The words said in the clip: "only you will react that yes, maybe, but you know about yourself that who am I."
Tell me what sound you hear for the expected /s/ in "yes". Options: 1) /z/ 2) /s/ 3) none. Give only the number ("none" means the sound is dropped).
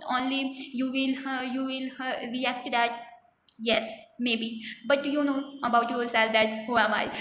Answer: 2